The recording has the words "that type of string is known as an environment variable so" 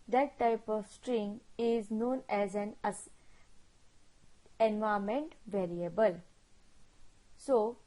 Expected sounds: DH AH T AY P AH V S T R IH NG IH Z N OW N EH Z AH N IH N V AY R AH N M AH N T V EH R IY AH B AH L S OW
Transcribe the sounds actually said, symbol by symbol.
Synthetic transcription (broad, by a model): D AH T AY P AH V S T R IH NG IH Z N OW N EH Z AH N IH N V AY AH M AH N T V EH R IY AH B AH L S OW